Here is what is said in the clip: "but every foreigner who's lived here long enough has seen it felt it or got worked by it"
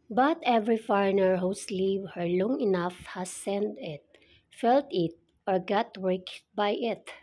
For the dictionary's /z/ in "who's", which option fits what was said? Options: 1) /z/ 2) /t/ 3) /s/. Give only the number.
3